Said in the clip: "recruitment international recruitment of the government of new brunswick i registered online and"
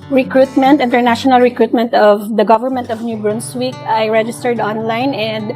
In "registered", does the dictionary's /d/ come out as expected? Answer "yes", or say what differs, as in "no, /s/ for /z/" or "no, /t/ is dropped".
yes